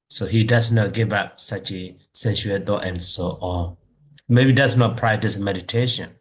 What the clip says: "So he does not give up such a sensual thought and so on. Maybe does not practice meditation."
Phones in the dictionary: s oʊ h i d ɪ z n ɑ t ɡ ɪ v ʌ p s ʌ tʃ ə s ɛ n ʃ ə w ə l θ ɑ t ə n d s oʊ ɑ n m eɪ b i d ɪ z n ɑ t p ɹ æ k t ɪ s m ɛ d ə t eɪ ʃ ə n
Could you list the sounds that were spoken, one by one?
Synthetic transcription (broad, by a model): s oʊ h i d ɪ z n ɑ t ɡ ɪ v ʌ p s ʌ tʃ ə s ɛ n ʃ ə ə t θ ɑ t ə n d s oʊ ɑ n m eɪ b i d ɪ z n ɑ t p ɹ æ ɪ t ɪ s m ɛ d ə t eɪ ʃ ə n